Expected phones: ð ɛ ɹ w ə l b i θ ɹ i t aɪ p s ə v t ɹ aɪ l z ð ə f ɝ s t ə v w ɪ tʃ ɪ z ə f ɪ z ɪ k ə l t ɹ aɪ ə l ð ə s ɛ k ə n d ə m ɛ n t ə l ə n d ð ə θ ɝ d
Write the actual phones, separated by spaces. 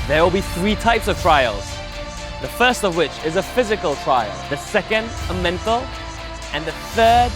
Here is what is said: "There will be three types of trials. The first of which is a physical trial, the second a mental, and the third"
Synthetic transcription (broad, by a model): ð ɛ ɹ w ə l b i θ ɹ i t aɪ p s ə v t ɹ aɪ l z ð ə f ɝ s t ə v w ɪ tʃ ɪ z ə f ɪ z ɪ k ə l t ɹ aɪ ə l ð ə s ɛ k ə n d ə m ɛ n t ə l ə n ð ə θ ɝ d